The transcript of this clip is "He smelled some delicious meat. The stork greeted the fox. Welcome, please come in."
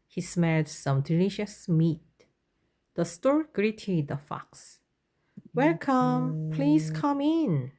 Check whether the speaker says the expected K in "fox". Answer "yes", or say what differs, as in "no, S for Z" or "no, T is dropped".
yes